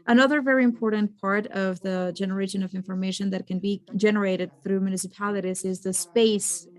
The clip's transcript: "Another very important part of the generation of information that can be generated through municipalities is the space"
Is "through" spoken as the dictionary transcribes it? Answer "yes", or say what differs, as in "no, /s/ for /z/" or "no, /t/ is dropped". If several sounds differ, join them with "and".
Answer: yes